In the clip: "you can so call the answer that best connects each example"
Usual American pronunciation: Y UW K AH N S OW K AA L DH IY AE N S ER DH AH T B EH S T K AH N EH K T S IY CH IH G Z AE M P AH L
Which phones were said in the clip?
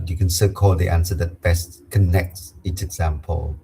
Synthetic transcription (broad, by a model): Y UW K AH N S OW K AA L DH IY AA N S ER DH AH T B EH S T K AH N EH K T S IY S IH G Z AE M P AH L